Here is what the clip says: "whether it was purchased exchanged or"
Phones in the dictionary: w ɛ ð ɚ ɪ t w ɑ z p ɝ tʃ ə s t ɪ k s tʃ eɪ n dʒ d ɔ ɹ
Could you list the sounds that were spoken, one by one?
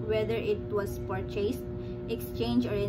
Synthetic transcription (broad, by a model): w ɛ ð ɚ ɪ t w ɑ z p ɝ tʃ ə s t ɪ k s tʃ eɪ n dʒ ɔ ɹ